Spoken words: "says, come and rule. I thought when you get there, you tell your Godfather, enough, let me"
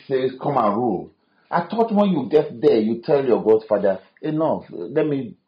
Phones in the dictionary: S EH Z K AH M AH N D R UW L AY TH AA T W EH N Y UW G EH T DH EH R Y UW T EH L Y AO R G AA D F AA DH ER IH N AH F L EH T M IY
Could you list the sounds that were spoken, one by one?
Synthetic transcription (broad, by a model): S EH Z K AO M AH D R UW L AY T AA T W EH N Y UW G EH T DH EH Y UW T EH L Y AO G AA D F AA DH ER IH N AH F L EH T M IY